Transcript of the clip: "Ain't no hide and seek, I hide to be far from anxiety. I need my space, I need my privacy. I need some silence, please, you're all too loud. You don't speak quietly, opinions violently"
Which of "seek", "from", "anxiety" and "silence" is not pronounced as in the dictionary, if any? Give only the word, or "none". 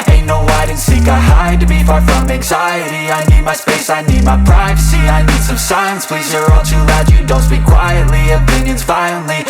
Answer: silence